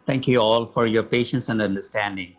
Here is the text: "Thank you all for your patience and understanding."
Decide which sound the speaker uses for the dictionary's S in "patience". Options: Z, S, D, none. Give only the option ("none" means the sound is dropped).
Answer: S